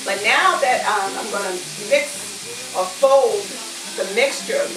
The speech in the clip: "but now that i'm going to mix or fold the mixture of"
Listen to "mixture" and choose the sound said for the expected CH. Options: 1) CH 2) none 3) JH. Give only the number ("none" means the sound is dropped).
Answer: 1